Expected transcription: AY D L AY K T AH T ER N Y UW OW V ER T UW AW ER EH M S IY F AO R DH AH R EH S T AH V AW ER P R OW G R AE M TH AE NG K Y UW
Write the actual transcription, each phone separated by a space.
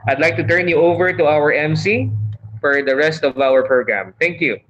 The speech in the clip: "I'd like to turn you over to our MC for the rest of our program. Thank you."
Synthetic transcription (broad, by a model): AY D L AY K T AH T ER N Y UW OW V ER T UW AW ER EH M S IY F AO R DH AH R EH S T AH V AW ER P R OW G R AE M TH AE NG K Y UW